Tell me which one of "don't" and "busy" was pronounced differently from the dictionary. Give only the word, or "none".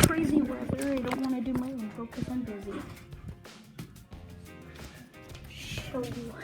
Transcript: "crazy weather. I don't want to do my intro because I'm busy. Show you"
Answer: none